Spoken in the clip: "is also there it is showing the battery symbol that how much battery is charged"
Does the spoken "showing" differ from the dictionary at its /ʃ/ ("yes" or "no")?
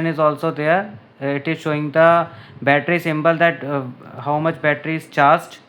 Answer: no